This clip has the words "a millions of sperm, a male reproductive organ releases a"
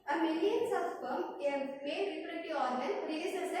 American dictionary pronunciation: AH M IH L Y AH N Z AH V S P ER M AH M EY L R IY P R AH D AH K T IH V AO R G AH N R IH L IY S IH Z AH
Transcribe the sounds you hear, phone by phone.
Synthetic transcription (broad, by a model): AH M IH L Y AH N S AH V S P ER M AH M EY N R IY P AH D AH T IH AO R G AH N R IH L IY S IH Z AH